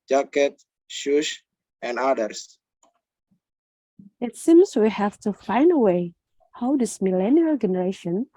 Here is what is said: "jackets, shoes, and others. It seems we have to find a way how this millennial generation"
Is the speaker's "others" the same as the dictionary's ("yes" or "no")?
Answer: no